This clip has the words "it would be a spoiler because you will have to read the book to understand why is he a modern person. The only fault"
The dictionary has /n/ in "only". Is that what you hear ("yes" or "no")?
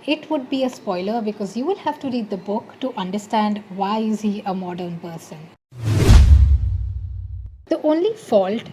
yes